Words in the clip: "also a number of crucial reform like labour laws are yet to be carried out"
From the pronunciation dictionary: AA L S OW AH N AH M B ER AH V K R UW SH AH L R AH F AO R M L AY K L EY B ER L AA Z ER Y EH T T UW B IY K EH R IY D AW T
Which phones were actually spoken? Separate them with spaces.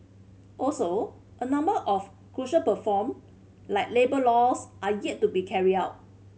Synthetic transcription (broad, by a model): AA L S OW AH N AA M B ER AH F K R UW SH AH L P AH F AO M L AY K L EY B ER L AA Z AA Y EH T T UW B IY K EH R IY AW T